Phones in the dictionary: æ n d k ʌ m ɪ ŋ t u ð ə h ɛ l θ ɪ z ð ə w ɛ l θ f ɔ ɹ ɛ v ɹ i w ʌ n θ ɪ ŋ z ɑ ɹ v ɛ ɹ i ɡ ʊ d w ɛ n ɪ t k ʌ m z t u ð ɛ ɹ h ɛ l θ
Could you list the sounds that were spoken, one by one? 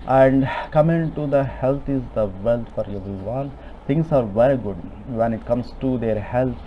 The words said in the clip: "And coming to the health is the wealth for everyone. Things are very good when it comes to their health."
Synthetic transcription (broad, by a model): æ n d k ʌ m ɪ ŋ t u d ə h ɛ l t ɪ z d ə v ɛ l t f ɔ ɹ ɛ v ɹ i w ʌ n t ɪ ŋ s ɑ ɹ v ɛ ɹ i ɡ ʊ d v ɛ n ɪ t k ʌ m s t u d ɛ ɹ h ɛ l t